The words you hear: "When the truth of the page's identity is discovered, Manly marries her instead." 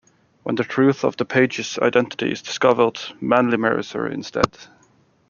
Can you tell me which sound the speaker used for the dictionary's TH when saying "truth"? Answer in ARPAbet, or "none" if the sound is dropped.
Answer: TH